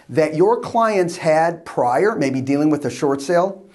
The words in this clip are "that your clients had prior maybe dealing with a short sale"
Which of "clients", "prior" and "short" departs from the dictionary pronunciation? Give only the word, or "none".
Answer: none